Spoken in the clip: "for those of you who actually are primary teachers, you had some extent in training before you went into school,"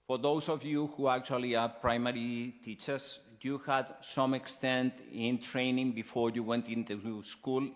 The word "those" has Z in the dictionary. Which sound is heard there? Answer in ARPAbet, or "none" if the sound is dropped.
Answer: S